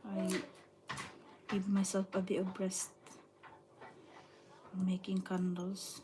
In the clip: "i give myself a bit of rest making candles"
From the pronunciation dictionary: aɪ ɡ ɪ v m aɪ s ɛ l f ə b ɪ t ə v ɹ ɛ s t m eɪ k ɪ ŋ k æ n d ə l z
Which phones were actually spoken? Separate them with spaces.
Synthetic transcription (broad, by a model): aɪ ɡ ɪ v m aɪ s ɛ l f ə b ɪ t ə b ɹ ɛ s t m eɪ k ɪ ŋ k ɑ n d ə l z